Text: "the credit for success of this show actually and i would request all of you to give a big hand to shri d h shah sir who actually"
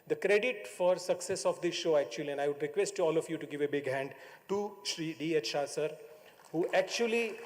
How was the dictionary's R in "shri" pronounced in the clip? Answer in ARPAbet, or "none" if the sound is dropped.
R